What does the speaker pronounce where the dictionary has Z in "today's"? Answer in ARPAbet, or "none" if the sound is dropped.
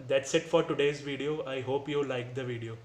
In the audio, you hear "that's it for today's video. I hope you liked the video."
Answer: Z